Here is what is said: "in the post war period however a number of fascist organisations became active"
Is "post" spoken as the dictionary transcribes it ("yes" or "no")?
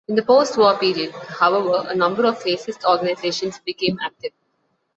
yes